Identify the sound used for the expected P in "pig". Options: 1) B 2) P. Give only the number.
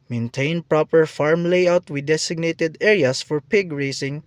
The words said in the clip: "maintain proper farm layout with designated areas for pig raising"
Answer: 2